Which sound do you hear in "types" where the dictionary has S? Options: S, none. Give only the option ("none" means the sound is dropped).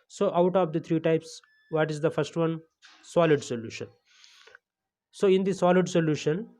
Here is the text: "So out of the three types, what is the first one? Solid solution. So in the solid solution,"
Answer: S